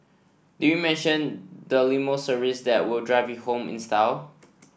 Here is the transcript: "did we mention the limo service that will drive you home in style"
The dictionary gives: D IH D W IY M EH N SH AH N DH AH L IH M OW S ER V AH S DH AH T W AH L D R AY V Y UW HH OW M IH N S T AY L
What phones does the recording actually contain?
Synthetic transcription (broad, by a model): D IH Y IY M EH N SH AH N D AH L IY M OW S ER AH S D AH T W AH L D R AY V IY HH OW M IH N S T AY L